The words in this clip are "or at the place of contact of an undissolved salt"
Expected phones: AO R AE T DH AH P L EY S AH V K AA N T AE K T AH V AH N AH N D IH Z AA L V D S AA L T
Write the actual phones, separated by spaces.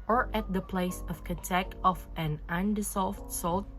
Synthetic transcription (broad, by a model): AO R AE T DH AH P L EY S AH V K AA T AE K AH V AH N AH N D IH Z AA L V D S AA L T